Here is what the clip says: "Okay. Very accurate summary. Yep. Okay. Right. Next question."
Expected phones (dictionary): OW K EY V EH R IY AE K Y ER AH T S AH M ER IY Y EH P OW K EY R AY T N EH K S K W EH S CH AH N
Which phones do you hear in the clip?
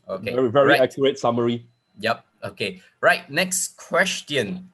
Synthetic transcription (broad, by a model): OW K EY V EH R IY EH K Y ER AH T S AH M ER IY Y EH P OW K EY R AY T N EH K S K W EH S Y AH N